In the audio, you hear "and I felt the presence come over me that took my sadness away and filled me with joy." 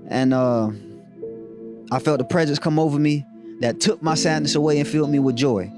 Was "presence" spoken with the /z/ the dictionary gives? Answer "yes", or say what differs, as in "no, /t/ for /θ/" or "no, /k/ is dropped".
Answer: yes